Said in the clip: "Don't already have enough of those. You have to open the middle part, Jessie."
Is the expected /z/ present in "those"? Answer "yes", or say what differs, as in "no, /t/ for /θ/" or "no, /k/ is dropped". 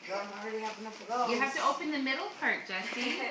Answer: no, /z/ is dropped